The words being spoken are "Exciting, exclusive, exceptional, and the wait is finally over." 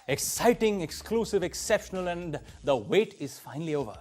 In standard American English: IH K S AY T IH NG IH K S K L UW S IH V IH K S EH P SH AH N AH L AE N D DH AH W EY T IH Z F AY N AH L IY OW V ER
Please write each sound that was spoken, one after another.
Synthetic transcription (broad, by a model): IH K S AY T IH NG IH K S K L UW S IH V IH K S EH P SH AH N AH L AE N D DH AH W EY T IH Z F AY N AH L IY OW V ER